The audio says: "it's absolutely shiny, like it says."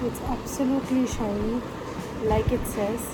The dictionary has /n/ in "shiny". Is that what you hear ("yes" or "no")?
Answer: no